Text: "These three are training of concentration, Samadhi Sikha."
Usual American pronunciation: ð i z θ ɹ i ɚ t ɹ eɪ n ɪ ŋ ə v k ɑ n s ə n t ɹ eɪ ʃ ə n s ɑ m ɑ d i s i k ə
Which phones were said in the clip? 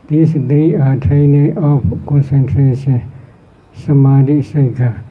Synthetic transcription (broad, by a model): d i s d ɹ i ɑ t eɪ n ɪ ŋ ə p k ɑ n s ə n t ɹ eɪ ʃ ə n s ɑ m ɑ d i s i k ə